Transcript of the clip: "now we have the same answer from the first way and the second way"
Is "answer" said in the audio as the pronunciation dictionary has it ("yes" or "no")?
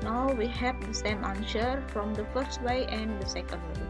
no